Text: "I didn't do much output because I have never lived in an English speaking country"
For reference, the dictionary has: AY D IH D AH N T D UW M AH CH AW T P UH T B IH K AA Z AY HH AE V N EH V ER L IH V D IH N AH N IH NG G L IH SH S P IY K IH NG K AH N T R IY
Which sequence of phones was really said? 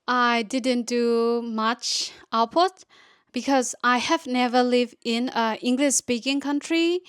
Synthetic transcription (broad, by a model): AY D IH D AH N T D UW M AH CH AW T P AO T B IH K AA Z AY HH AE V N EH V ER L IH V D IH N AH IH NG G L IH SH S P IY K IH NG K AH N T R IY